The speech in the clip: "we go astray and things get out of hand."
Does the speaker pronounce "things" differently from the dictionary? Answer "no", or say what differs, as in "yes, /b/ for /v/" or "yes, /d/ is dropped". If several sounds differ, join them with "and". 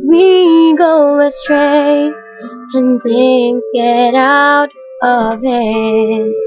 yes, /z/ is dropped